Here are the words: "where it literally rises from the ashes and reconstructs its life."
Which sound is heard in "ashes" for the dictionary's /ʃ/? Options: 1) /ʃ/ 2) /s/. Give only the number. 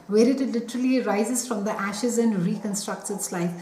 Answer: 1